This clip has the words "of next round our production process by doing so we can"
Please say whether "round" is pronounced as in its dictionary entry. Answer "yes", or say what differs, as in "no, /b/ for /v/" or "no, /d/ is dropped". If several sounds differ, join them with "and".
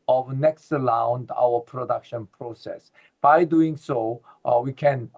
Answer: no, /l/ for /ɹ/